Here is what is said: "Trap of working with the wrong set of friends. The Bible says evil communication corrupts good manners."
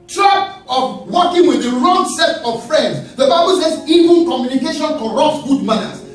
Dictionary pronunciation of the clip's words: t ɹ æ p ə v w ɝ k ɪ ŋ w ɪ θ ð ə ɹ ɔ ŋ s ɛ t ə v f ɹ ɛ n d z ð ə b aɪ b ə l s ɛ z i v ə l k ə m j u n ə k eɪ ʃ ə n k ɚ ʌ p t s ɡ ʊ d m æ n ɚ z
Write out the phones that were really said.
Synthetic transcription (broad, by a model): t ɹ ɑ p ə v w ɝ k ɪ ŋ w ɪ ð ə ɹ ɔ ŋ s ɛ t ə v f ɹ ɛ n d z ð ə b aɪ b ə l s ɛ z i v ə n k ə m j u n ə k eɪ ʃ ə n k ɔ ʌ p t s ɡ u d m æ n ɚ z